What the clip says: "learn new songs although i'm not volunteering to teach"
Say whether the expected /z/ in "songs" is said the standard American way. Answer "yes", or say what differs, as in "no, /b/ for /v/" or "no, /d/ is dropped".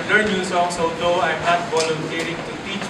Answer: no, /s/ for /z/